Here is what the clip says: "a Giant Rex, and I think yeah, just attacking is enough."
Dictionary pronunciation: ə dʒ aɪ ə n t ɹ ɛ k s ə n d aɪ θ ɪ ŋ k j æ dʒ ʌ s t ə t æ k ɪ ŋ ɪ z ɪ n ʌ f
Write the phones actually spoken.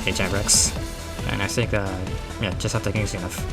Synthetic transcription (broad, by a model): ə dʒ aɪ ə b ɹ ɛ k s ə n aɪ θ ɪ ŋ k j æ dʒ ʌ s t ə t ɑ ɪ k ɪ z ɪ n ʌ f